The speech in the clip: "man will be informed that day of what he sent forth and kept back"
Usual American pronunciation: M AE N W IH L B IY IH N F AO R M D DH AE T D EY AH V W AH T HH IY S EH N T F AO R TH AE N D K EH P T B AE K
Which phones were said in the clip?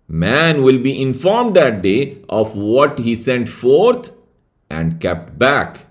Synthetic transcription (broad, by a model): M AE N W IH L B IY IH N F AO R M D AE T D EY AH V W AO T HH IY S EH N T F AO R T AE N D K EH P T B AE K